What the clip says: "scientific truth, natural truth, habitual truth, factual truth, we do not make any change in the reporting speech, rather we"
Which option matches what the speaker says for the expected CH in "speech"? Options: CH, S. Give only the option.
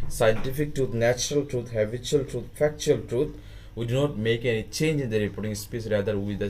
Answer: S